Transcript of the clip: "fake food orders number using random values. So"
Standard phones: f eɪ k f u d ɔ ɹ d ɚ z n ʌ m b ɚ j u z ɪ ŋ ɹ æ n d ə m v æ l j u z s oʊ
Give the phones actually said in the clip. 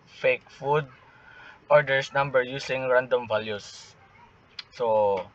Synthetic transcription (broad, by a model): f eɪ k f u d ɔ ɹ d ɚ s n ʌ m b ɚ j u s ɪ ŋ ɹ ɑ n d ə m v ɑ l j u s oʊ